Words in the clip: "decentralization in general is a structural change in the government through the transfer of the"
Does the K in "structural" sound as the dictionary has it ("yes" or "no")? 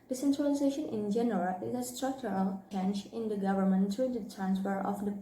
yes